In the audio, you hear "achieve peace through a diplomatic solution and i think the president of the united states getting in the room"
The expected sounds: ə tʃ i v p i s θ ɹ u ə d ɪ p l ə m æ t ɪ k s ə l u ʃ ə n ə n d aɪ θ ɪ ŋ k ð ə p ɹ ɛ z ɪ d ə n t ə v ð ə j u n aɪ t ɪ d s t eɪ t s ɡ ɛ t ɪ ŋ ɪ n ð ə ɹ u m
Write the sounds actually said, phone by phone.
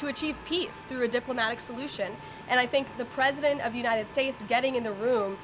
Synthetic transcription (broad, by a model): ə tʃ i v p i s θ ɹ u ə d ɪ p l ə m æ t ɪ k s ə l u ʃ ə n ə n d aɪ θ ɪ ŋ k ð ə p ɹ ɛ z ɪ d ə n t ə v j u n aɪ t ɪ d s t eɪ t s ɡ ɛ t ɪ ŋ ɪ n ð ə ɹ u m